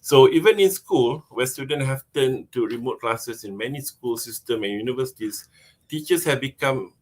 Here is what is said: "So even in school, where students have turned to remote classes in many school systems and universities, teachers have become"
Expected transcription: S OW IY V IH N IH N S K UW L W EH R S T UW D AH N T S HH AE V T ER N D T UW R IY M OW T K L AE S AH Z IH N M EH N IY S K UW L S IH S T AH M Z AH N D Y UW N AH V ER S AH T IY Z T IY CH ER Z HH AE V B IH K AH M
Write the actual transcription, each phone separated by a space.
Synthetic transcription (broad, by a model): S OW IY V IH N IH N S K UW L W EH S T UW D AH N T HH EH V T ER N T UW R IY M OW T K L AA S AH S IH N M EH N IY S K UW L S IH S T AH M AH N Y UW N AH V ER S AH T IY S T IY CH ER S HH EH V B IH K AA M